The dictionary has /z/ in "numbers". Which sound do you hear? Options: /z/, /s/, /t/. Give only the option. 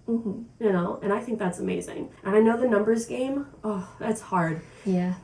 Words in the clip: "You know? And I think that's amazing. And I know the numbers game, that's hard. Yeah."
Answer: /z/